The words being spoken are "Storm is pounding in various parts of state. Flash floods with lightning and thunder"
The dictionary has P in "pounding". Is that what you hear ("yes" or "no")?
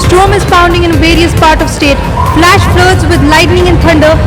no